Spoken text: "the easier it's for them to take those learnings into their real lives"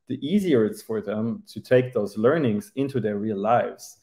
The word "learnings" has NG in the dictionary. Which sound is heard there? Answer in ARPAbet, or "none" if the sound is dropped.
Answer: NG